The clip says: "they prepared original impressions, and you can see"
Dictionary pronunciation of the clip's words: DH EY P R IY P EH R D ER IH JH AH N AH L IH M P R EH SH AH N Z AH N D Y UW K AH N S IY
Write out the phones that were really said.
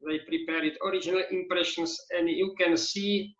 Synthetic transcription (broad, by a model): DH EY P R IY P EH R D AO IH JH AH N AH L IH M P R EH SH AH N S AH N D Y UW K AH N S IY